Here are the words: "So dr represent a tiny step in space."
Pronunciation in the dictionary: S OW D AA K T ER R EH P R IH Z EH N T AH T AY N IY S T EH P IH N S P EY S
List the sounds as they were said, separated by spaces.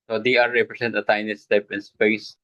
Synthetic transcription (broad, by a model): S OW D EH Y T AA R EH P R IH S EH N T AH T AY N IY S T EH P IH N S P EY S